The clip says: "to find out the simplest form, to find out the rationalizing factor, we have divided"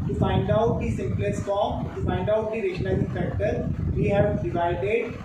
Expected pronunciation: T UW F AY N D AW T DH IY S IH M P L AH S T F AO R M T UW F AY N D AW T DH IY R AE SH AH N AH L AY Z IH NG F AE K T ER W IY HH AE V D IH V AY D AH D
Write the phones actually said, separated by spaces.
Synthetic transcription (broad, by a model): T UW F AY N D AW T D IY S IH M P L AH S T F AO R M T UW F AY N D AW T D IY R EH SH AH N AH IH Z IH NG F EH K T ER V IY HH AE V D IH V AY D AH D